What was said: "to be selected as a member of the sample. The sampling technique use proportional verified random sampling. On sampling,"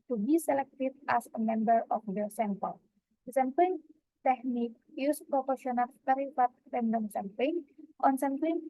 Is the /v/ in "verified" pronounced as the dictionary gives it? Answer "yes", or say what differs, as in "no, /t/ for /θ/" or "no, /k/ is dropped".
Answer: no, /p/ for /v/